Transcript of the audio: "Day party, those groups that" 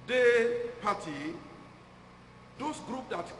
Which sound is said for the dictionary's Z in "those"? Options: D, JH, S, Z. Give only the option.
S